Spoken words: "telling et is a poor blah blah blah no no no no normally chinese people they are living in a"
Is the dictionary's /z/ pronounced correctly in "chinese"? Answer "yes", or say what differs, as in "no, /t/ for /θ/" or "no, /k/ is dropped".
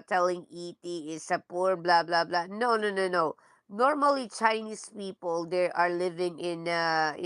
no, /s/ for /z/